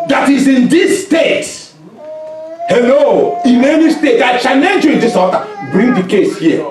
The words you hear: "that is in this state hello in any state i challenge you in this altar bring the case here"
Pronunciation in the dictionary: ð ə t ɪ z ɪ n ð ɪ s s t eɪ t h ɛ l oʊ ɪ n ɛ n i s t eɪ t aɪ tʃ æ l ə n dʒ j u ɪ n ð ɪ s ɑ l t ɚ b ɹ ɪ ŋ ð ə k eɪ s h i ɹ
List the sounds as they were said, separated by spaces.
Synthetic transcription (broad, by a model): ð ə t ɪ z ɪ n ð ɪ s s t eɪ t h ɛ l oʊ ɪ n ɛ n i s t eɪ t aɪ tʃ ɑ n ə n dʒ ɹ ɪ n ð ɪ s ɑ t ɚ b ɹ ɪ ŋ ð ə k eɪ s h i